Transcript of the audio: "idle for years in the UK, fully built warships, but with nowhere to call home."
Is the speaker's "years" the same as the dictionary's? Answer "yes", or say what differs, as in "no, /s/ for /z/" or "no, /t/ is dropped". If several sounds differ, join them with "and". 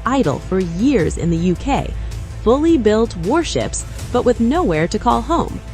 yes